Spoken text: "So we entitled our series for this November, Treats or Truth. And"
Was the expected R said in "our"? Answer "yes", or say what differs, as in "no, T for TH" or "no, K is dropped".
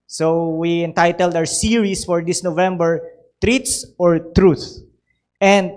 no, W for R